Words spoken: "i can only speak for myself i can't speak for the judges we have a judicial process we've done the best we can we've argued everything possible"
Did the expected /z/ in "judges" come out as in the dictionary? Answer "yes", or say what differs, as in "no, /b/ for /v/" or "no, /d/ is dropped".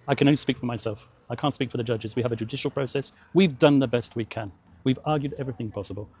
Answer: yes